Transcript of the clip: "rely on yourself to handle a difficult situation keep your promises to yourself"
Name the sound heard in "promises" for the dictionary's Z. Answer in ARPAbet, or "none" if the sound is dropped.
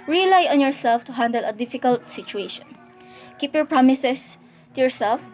S